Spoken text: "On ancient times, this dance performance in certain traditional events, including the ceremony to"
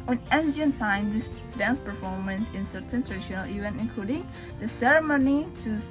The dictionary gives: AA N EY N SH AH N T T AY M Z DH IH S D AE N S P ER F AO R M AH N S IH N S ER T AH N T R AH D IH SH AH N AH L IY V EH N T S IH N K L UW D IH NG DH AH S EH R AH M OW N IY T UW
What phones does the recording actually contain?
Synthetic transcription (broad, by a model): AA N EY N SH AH N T T AY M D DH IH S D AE N S P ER F AO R M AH N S IH N S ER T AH N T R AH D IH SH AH N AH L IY V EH N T IH N K L UW D IH NG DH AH S EH R AH M OW N IY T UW